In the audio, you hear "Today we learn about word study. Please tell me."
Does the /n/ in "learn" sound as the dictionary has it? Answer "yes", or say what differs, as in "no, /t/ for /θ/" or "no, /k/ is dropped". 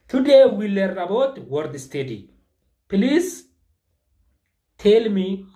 no, /n/ is dropped